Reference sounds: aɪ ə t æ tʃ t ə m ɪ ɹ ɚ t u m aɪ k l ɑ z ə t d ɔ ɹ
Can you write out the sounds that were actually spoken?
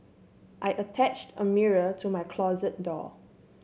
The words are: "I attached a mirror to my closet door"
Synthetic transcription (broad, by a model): aɪ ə t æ tʃ t ə m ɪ ɹ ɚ t u m aɪ k l ɑ z ə t d ɔ